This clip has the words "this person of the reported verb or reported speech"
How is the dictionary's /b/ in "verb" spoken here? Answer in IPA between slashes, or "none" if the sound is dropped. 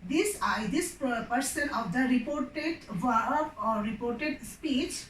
none